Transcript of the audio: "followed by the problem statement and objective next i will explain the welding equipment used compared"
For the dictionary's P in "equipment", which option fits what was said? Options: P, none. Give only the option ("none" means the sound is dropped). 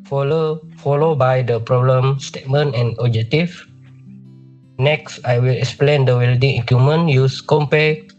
none